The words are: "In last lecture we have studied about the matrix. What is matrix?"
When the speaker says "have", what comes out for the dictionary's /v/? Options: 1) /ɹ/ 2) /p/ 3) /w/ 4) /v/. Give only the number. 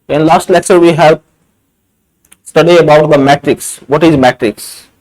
2